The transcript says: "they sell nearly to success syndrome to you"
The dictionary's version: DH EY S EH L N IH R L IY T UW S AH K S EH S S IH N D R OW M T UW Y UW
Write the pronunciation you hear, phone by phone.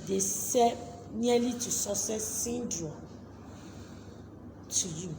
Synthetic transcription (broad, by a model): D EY S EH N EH L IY T UW S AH S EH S S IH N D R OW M T UW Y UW